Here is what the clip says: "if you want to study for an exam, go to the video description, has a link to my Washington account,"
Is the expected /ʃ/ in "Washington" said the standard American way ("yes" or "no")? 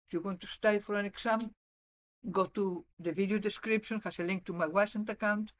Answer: no